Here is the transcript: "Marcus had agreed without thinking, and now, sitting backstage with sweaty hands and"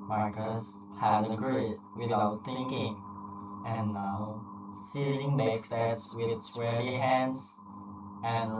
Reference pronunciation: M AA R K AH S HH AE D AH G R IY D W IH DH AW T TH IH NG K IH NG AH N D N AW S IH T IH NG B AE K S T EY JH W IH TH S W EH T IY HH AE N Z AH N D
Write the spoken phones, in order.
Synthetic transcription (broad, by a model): M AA R K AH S HH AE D AH G R IY D W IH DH AW T TH IH NG K IH NG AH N N AW S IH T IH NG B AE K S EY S W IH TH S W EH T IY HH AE N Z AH N